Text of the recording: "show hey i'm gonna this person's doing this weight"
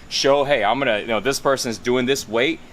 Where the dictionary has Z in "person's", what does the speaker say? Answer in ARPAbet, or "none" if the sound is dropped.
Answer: Z